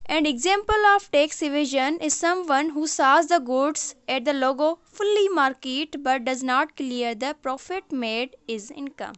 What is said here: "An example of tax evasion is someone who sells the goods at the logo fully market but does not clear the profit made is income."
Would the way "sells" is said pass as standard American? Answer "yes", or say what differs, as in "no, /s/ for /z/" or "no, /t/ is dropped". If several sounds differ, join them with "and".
no, /l/ is dropped